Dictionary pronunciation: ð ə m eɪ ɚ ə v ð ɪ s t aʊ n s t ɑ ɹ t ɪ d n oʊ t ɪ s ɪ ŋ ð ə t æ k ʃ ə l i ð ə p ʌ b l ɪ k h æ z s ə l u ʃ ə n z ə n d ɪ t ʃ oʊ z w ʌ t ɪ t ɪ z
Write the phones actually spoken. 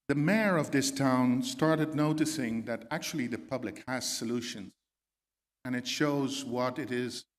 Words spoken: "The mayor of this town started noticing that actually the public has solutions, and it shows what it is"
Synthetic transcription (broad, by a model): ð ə m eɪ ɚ ə v ð ɪ s t aʊ n s t ɑ ɹ t ɪ d n oʊ t ɪ s ɪ ŋ ð ə t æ k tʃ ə l i ð ə p ʌ b l ɪ k h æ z s ə l u ʃ ə n z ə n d ɪ t ʃ oʊ z w ʌ t ɪ t ɪ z